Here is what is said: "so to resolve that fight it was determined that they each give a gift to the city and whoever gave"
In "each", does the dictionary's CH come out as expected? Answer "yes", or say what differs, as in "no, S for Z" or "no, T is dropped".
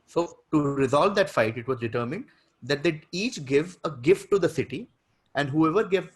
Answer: yes